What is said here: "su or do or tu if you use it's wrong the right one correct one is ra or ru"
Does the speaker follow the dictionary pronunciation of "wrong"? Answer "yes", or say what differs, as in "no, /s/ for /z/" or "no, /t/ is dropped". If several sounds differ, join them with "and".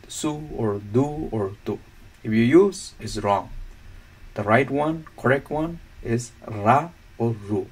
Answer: yes